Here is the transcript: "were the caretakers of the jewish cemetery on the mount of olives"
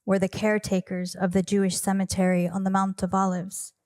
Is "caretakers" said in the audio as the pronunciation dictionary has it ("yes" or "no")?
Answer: yes